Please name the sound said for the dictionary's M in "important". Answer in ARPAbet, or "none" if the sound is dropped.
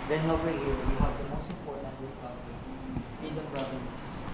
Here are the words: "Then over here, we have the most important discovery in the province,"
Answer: none